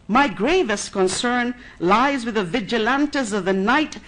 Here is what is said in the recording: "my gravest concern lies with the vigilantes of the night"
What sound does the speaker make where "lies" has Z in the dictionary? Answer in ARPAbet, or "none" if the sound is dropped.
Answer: Z